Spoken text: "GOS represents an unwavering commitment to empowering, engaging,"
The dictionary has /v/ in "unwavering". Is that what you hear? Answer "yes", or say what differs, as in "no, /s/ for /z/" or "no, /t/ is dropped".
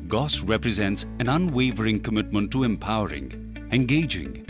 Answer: yes